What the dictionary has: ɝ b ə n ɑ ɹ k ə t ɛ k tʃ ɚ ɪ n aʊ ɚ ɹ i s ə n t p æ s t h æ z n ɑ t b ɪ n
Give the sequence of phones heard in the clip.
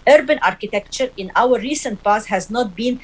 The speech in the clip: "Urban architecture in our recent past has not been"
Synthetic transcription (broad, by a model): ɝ b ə n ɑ ɹ k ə t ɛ k tʃ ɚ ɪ n aʊ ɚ ɹ i s ə n t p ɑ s h æ z n ɑ t b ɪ n